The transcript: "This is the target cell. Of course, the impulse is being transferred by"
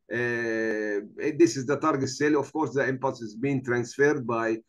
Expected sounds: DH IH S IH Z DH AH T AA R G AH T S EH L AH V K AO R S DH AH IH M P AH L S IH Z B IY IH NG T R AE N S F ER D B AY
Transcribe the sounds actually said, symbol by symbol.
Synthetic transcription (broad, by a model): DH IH S IH Z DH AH T AA R G AH T S EH L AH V K AO R S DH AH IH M P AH S IH Z B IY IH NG T R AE N S F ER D B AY